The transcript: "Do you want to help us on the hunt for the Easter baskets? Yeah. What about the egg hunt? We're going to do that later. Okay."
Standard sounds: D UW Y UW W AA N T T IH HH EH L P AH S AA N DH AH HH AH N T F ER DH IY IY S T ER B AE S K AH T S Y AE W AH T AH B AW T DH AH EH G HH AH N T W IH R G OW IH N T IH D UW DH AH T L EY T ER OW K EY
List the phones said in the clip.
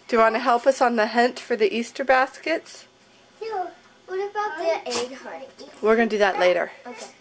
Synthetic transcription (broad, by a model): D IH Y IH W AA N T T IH HH EH L P AH S N DH AH HH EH N T F ER DH IY IY S T ER B AE S K AH T S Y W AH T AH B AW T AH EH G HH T W IH R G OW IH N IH D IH DH AH T L EY T ER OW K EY